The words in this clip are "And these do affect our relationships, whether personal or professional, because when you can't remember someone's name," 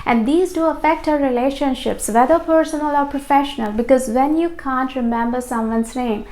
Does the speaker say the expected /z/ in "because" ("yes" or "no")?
yes